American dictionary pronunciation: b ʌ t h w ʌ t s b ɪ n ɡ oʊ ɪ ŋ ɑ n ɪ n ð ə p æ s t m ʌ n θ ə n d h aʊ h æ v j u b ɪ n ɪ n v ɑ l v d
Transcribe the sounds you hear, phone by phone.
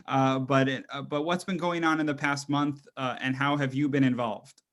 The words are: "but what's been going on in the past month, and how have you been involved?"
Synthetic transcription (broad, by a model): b ʌ t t w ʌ t s b ɪ n ɡ oʊ ɪ ŋ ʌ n ɪ n ð ə p æ s t m ʌ n θ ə n h aʊ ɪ v j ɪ b ɪ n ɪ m v ɑ l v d